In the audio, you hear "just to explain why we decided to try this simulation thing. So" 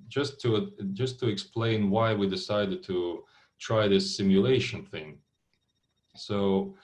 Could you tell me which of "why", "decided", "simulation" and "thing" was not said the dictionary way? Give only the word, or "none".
none